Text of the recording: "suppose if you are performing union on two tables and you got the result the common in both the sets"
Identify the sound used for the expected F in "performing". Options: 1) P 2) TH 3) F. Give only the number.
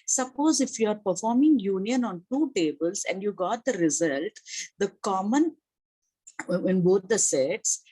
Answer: 3